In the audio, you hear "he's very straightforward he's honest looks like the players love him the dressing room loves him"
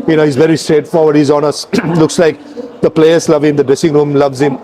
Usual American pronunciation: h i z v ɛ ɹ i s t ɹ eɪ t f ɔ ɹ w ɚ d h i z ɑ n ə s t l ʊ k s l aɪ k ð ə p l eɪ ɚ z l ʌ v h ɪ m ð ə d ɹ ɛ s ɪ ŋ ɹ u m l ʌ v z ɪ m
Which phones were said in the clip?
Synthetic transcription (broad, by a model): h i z v ɛ ɹ i s t ɹ eɪ t f ɔ ɹ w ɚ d h i z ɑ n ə s l ʊ k s l aɪ k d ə p l eɪ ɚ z l ʌ v h ɪ m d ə d ɹ ɛ s ɪ ŋ ɹ u m l ʌ v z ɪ m